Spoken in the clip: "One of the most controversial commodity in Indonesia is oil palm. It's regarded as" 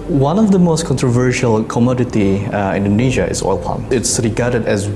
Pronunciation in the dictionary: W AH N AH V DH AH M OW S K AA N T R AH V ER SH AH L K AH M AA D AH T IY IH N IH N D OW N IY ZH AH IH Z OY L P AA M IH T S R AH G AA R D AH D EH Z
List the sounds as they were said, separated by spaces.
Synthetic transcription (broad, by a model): W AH N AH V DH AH M OW S K AA N T R AH V ER SH AH L K AH M AA D AH T IY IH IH N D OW N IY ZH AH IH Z OY L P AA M IH T S R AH G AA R D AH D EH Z